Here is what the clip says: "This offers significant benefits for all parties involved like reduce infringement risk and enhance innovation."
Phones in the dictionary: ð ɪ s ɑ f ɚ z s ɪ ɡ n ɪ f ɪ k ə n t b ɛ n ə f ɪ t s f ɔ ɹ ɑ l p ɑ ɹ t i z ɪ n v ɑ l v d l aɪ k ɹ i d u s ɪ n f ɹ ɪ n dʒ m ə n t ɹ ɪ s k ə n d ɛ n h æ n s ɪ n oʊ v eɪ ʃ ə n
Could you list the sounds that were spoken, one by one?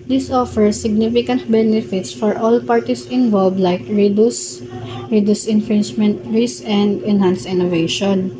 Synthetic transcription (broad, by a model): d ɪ s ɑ f ɚ s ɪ ɡ n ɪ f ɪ k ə n t b ɛ n ə f ɪ t s f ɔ ɹ ɑ l p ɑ ɹ t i s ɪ n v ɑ l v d l aɪ k ɹ i d u s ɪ n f ɹ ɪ n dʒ m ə n t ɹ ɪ s ə n d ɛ n h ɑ n s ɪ n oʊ v eɪ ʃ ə n